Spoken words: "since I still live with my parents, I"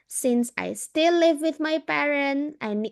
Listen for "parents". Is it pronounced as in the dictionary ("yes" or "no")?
no